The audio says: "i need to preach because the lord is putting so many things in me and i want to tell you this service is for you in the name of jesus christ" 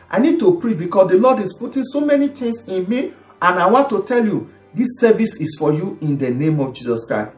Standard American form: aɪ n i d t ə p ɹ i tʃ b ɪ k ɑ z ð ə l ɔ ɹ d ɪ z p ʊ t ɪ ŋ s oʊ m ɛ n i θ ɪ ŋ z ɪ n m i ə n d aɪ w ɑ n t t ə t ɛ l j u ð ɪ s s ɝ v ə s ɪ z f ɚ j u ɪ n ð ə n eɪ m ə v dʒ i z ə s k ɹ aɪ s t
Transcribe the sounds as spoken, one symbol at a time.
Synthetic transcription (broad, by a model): aɪ n i d t ə p ɹ i tʃ b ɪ k ɑ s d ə l ɔ d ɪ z p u t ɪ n s oʊ m ɛ n i t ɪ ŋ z ɪ n m i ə n aɪ w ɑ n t t ə t ɛ l j u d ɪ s s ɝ v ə s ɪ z f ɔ j u ɪ n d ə n eɪ m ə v dʒ i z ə s k ɹ aɪ s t